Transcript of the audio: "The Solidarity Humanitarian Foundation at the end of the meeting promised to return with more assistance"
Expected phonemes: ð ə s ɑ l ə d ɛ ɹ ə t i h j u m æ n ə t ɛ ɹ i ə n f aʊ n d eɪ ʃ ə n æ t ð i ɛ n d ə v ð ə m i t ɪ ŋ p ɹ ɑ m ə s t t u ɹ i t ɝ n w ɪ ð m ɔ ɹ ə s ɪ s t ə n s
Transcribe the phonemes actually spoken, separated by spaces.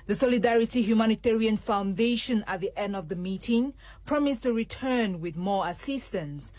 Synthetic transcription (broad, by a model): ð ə s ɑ l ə d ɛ ɹ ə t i h j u m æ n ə t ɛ ɹ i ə n f aʊ n d eɪ ʃ ə n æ t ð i ɛ n d ə v ð ə m i t ɪ ŋ p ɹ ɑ m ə s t t u ɹ i t ɝ n w ɪ ð m ɔ ɹ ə s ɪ s t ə n s